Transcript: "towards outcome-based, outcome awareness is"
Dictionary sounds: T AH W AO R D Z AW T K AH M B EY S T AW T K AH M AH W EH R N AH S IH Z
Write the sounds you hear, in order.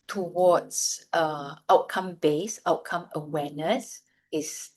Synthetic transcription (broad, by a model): T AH W AO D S AW T K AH M B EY S AW T K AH M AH W EH N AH S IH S